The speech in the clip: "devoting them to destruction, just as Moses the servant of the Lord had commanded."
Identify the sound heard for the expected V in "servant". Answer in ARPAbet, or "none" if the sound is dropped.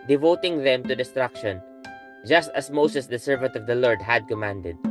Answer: V